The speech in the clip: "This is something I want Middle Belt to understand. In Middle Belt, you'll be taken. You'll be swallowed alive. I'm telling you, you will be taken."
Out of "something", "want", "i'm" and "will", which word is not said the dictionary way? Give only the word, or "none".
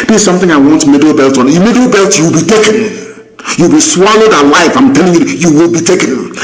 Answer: none